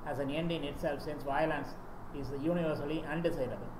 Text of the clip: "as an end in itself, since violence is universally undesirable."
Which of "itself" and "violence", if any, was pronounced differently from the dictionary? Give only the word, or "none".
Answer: none